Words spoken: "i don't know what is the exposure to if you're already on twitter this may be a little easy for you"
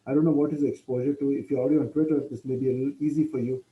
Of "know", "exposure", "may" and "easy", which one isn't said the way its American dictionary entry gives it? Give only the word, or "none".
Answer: none